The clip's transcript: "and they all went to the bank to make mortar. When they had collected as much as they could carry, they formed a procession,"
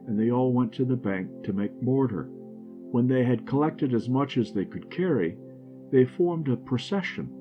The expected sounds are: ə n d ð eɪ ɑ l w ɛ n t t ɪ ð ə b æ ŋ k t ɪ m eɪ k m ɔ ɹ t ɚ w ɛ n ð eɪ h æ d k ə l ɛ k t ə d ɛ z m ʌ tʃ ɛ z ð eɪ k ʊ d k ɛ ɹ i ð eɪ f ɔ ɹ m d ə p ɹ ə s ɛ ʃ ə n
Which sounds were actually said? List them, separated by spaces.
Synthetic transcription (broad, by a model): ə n ð eɪ ɑ l w ɛ n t t ɪ ð ə b æ ŋ k t ɪ m eɪ k m ɔ ɹ t ɚ w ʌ n ð eɪ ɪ d k ə l ɛ k t ə d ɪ z m ʌ tʃ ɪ z ð eɪ k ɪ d k ɛ ɹ i ð eɪ f ɔ ɹ m d ə p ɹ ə s ɛ ʃ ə n